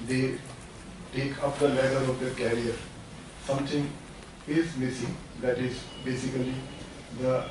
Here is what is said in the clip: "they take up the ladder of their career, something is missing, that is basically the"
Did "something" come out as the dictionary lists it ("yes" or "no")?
no